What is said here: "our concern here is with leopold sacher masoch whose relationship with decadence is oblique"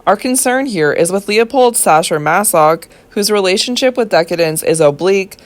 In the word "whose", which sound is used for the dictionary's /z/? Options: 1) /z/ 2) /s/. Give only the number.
1